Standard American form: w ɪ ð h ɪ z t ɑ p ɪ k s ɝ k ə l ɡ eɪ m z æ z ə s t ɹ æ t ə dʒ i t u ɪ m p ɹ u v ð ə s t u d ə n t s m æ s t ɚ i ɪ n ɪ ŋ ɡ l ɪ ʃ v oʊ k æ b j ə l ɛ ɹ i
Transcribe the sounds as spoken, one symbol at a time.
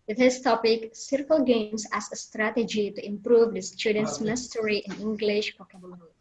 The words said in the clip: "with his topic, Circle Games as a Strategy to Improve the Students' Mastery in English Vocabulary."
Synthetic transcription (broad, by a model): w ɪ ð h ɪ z t ɑ p ɪ k s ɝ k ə l ɡ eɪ m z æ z ə s t ɹ æ t ə dʒ i t u ɪ m p ɹ u v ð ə s t u d ə n t s m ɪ s t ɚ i ɪ n ɪ ŋ ɡ l ɪ ʃ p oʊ k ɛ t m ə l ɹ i